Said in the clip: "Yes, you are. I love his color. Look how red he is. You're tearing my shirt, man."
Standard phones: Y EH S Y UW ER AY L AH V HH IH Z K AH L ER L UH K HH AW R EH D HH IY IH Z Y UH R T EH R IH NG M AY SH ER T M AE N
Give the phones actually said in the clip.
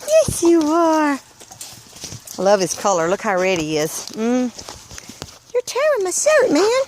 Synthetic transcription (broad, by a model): Y EH S Y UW ER AY L AH V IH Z K AH L ER L UH K HH AW R EH D IY IH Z Y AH R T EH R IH M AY S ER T M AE N